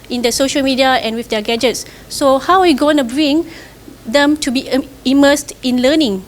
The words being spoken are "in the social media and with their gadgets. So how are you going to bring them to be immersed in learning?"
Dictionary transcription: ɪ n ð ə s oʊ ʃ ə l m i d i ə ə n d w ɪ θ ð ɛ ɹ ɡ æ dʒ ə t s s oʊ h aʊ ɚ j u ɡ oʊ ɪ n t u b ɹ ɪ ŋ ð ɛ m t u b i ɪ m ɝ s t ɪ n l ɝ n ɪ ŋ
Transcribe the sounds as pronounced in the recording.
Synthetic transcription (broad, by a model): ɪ n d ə s oʊ ʃ ə l m i d i ə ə n w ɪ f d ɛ ɡ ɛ dʒ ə t s s oʊ h aʊ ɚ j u ɡ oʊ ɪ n t u b ɹ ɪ ŋ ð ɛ m t u b i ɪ m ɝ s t ɪ n l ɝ n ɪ ŋ